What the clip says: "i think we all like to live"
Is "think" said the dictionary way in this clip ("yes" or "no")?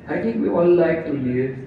no